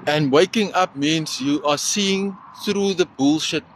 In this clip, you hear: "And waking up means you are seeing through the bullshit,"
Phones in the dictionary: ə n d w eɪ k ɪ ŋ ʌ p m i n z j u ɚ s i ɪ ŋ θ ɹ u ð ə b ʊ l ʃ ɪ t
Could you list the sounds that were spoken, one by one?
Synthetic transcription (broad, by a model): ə n d w eɪ k ɪ ŋ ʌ p m i n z j u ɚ s i ɪ ŋ θ ɹ u ð ə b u l ʃ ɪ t